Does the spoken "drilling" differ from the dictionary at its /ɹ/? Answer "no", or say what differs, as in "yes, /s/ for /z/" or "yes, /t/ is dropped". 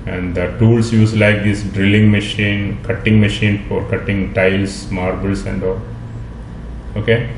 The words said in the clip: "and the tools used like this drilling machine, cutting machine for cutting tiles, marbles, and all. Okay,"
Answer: no